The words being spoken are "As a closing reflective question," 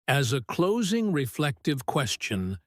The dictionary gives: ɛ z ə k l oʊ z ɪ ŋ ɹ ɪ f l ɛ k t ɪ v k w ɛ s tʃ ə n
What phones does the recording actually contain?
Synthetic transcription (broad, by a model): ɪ z ə k l oʊ z ɪ ŋ ɹ ɪ f l ɛ k t ɪ v k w ɛ s tʃ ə n